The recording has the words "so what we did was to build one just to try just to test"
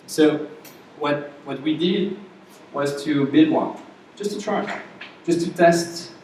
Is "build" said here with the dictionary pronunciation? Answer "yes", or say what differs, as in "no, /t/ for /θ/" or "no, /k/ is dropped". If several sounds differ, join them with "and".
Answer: no, /l/ is dropped